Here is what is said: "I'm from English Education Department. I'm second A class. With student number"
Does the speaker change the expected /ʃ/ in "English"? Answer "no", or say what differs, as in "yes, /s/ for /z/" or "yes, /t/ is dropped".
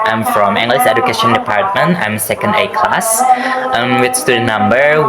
yes, /s/ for /ʃ/